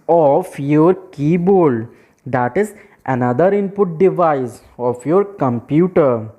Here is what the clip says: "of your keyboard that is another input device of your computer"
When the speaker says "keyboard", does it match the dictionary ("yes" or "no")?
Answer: no